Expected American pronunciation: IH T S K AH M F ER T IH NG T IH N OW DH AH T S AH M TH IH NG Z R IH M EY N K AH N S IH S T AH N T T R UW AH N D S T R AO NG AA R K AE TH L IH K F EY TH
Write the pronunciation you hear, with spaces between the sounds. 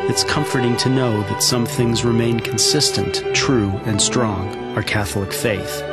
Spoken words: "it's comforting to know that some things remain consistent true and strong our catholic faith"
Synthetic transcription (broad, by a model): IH T S K AH M F ER T IH NG T IH N OW DH AH T S AH M TH IH NG Z R IH M EY N K N S IH S T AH N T T R UW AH N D S T R AO NG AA R K AE TH L IH K F EY TH